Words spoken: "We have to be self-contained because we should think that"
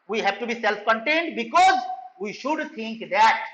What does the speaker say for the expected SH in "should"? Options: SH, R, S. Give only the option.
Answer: SH